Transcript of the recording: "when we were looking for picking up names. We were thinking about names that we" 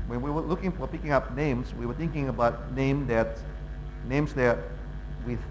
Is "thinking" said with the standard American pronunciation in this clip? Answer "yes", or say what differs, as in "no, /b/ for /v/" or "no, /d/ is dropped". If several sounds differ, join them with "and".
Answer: yes